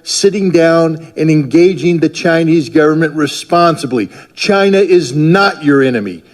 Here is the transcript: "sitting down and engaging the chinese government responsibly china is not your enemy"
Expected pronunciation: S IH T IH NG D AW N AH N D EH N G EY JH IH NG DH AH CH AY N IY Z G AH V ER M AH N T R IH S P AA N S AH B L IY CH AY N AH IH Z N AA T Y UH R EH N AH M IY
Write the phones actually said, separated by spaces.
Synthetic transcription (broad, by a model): S IH T IH NG D AW N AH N EH N G EY JH IH NG DH AH CH AY N IY Z G AH V ER M AH N T R IH S P AA N S AH B L IY CH AY N AH IH Z N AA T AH R EH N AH M IY